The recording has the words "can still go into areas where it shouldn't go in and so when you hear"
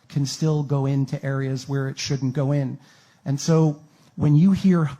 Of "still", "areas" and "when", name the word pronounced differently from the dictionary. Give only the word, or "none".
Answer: none